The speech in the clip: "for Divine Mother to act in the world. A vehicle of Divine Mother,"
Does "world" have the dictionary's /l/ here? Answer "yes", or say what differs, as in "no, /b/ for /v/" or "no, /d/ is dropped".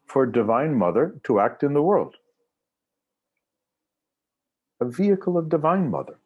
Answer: yes